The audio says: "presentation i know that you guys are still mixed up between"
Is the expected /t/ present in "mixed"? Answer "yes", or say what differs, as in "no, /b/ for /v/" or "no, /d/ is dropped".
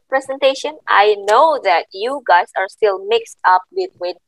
yes